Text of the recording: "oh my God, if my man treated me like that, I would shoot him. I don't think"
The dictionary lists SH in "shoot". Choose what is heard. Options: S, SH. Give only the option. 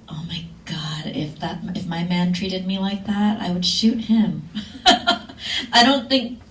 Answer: SH